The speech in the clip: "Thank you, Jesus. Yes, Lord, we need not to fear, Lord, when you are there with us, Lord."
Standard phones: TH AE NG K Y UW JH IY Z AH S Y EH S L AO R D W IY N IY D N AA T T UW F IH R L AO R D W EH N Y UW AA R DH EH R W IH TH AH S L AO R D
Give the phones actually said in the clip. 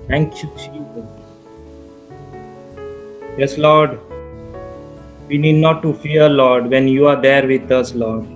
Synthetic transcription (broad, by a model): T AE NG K Y UW CH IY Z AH Y EH S L AO R D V IY N IY D N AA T T UW F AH R L AO R D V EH N Y UW AA R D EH R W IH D AH S L AO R D